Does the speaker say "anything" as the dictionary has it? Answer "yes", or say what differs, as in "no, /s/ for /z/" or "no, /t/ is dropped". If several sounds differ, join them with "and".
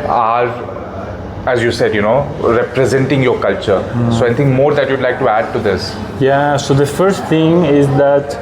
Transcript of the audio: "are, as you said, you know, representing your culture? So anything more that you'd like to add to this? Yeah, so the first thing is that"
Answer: no, /t/ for /θ/